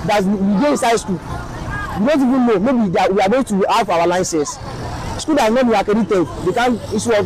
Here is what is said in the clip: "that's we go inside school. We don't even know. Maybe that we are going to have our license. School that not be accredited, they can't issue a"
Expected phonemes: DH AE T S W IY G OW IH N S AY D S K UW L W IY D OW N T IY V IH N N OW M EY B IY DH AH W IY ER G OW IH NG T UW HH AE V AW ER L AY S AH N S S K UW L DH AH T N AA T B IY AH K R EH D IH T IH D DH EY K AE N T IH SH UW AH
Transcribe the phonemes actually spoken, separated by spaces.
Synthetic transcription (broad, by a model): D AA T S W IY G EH IH N S AY D S K UW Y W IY D OW N T IY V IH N N OW M EY B IY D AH W IY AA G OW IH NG T UW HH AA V AW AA L AY S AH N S S K UW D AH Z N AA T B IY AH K EH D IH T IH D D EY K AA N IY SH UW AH